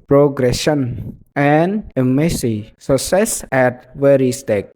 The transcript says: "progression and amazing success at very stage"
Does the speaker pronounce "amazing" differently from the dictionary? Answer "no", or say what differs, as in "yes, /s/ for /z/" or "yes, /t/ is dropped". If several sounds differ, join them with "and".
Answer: yes, /s/ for /z/